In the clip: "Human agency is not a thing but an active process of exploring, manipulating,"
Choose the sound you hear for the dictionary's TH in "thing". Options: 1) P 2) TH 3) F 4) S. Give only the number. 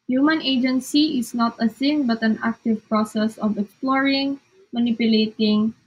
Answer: 4